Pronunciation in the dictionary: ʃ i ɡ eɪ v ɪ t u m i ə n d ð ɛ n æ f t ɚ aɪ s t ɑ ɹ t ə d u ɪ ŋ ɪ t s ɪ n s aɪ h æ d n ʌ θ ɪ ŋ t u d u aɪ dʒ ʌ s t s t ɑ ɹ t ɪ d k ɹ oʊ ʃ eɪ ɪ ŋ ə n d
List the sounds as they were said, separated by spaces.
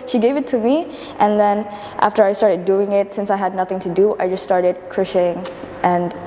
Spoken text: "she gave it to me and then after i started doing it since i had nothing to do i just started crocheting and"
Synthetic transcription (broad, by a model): ʃ i ɡ eɪ v ɪ t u m i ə n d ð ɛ n æ f t ɚ aɪ s t ɑ ɹ t ə d u ɪ ŋ ɪ t s ɪ n s aɪ h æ d n ʌ θ ɪ ŋ t u d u aɪ dʒ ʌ s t s t ɑ ɹ t ɪ d k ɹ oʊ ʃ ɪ ŋ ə n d